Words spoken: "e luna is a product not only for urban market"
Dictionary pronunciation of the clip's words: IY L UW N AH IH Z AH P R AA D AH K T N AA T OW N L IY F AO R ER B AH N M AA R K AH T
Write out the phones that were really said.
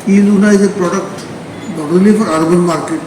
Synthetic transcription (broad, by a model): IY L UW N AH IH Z AH P R AA D AH K T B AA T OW L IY F AO R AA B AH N M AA R K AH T